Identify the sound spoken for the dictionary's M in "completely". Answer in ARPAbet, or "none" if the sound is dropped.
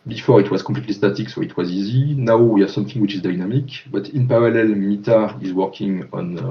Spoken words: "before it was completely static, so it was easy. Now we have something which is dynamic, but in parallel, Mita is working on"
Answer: none